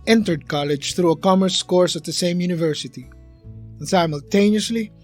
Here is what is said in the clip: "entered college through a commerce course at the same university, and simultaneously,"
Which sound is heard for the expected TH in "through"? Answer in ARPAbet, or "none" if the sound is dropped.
TH